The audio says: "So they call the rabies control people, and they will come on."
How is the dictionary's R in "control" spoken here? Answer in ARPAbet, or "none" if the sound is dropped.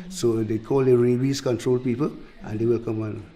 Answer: R